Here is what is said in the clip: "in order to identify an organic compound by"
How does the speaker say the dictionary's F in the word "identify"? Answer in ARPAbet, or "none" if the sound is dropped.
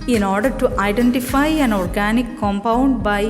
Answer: F